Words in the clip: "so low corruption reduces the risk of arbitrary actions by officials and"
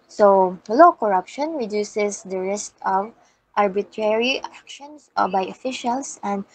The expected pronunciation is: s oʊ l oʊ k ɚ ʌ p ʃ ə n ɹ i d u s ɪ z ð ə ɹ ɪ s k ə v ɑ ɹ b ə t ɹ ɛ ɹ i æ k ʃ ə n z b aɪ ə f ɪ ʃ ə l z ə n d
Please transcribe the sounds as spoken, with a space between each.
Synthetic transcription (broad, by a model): s oʊ l oʊ k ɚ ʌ p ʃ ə n ɹ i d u s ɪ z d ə ɹ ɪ s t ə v ɑ ɹ b ə t ɹ ɛ ɹ i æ k ʃ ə n s b aɪ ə f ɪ ʃ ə l s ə n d